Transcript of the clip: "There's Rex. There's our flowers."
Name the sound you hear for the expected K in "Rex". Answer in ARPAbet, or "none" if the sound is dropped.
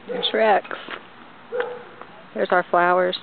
K